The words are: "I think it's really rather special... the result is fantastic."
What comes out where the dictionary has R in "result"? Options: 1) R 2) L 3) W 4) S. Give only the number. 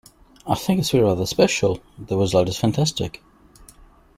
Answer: 3